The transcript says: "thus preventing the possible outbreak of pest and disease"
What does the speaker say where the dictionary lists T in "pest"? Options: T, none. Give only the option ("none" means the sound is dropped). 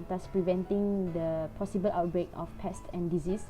T